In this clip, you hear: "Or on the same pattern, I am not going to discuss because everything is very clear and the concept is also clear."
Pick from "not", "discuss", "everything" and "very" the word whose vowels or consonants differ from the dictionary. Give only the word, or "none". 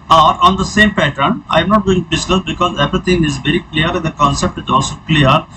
everything